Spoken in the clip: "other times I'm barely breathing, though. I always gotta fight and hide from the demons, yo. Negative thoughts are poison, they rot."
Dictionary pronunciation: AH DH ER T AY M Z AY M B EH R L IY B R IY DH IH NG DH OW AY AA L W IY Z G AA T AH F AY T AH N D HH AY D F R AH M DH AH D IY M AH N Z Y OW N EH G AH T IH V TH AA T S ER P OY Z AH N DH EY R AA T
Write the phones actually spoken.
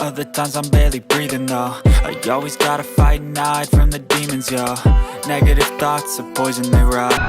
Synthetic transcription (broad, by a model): AH DH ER T AY M Z AY M B EH R L IY B R IY DH IH NG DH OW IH AA L W IY Z G AA T AH F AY AH N AY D F R AH M DH AH D IY M AH N Z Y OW N EH G AH T IH V TH AA T S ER P OY Z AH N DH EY R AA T